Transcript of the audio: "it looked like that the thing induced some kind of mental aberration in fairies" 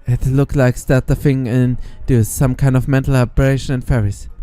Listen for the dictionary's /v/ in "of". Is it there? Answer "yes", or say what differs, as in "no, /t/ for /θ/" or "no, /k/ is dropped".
yes